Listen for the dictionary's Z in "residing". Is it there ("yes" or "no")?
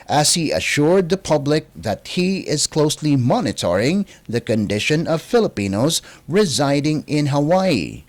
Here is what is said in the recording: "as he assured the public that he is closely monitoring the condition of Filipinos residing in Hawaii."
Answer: yes